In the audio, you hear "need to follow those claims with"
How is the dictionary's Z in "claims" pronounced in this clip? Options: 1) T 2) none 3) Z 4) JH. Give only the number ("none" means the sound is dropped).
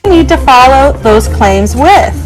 3